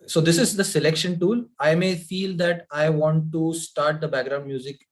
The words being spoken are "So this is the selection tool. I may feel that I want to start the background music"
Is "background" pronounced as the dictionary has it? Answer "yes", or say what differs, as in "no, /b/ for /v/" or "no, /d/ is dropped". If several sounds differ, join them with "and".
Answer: yes